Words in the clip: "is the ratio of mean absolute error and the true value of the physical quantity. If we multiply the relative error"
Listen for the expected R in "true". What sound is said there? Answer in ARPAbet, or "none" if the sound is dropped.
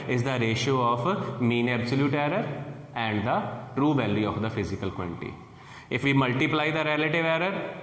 R